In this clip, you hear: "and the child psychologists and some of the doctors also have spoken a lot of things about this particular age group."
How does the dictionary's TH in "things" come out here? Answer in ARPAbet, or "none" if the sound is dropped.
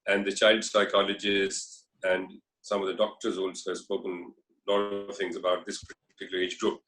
T